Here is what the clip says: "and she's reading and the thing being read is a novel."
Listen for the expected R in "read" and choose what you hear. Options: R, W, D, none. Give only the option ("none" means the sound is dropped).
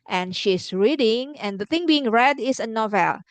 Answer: R